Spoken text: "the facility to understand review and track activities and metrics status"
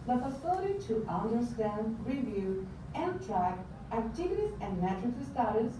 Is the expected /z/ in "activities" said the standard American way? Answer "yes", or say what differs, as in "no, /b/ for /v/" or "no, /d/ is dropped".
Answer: no, /s/ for /z/